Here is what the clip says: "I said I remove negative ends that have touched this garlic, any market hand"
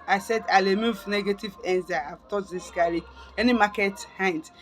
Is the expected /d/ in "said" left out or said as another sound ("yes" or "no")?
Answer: no